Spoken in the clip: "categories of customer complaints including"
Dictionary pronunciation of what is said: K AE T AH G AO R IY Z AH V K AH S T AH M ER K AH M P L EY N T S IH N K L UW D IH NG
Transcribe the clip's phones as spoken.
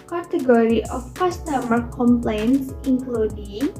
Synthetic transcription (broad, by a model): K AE T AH G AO R IY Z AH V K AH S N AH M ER K AH M P L EY N T S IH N K L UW D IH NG